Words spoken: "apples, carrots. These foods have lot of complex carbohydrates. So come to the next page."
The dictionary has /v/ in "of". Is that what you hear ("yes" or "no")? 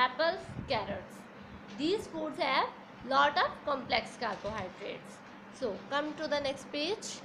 no